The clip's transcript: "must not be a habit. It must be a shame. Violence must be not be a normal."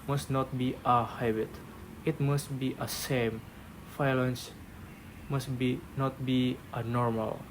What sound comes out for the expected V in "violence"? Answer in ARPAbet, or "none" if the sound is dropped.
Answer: F